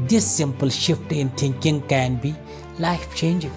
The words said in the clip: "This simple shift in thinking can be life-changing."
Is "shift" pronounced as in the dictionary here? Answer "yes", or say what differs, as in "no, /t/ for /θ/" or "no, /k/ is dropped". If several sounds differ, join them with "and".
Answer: yes